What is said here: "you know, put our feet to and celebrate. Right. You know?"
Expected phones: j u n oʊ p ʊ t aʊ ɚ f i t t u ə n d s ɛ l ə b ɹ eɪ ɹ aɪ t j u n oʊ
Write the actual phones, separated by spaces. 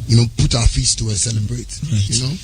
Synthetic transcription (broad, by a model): j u n oʊ p ʊ t aʊ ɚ f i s t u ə s ɛ l ə b ɹ eɪ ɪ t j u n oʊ